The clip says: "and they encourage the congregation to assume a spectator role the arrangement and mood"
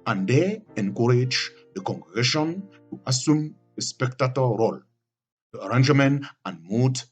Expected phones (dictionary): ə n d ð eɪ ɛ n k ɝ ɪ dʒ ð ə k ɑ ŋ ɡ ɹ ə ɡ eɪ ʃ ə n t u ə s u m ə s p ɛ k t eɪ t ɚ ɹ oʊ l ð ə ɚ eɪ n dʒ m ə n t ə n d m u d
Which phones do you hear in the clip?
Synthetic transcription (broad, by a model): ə n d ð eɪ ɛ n k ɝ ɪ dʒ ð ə k ɑ ŋ ɡ ɹ ə ɡ eɪ ʃ ə n t u ə s u m ə s p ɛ k t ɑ t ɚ ɹ oʊ l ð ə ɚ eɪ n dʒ m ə n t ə n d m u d